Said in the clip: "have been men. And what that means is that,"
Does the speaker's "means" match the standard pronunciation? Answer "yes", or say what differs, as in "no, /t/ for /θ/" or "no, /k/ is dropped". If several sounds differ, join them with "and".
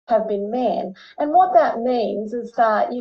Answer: yes